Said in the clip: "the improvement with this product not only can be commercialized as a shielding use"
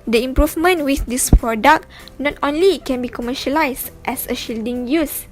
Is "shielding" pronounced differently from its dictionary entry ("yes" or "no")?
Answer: no